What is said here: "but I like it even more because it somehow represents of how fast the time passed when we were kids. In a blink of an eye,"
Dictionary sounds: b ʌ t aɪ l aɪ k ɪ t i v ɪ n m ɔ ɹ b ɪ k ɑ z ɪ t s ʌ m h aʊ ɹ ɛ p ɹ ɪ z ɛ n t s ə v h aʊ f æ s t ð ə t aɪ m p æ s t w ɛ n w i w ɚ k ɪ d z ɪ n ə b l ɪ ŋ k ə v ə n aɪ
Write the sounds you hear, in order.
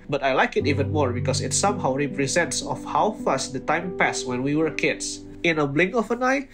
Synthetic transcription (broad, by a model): b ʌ t aɪ l aɪ k ɪ t i v ɪ n m ɔ ɹ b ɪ k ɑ s ɪ t s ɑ m h aʊ ɹ ɛ p ɹ ɪ z ɛ n t s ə f h aʊ f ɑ s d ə t aɪ m p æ s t w ɛ n w i w ɚ k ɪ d s ɪ n ə b l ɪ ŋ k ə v ə n aɪ